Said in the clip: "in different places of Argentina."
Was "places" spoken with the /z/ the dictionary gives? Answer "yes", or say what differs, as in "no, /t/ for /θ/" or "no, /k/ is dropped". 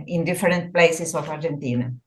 no, /s/ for /z/